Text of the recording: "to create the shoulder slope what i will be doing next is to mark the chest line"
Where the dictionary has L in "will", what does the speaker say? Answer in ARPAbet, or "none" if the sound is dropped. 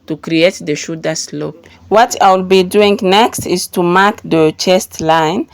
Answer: L